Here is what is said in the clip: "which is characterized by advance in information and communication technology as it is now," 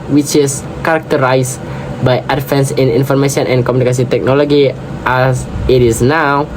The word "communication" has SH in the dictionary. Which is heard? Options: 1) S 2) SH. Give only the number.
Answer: 1